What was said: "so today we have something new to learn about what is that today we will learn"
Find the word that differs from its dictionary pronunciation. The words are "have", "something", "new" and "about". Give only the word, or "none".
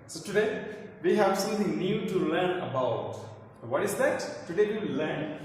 something